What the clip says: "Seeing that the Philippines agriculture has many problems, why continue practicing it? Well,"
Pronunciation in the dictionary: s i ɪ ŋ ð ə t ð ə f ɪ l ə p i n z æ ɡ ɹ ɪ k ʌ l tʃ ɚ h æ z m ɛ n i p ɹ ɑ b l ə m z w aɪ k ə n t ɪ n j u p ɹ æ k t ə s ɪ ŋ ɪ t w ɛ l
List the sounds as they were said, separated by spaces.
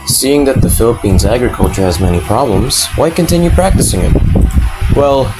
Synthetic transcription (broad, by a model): s i ɪ ŋ ð ə t ð ə f ɪ l ə p i n z æ ɡ ɹ ɪ k ʌ l tʃ ɚ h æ z m ɛ n i p ɹ ɑ b l ə m z w aɪ k ə n t ɪ n j u p ɹ æ k t ə s ɪ ŋ ɪ t w ɛ l